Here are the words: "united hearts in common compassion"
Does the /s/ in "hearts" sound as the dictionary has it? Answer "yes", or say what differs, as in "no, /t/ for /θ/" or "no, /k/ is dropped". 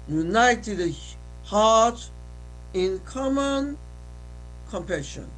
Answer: no, /s/ is dropped